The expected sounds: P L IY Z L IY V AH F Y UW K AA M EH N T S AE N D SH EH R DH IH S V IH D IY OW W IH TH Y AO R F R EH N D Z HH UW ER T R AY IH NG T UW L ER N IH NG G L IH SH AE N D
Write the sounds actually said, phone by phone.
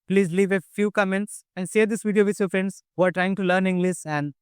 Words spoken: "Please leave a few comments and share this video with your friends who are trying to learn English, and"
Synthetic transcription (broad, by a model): P L IY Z L IY V AH F Y UW K AA M EH N T S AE N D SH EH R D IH S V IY D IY OW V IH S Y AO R F R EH N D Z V ER T R AY IH NG T UW L ER N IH NG G L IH S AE N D